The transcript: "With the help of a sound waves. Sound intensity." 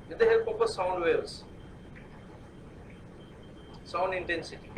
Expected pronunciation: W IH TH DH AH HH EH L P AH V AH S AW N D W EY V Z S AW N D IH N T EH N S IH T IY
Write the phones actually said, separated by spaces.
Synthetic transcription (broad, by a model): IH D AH HH EH L P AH P AH S AW N D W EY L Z S AW N D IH N T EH N S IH T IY